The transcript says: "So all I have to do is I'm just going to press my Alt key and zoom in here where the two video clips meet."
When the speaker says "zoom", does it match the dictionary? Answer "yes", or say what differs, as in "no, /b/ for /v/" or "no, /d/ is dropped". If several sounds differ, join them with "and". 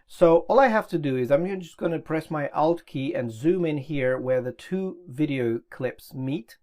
yes